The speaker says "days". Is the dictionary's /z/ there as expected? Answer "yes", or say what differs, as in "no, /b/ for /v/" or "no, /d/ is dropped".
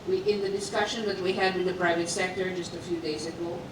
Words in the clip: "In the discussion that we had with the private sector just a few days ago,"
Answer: yes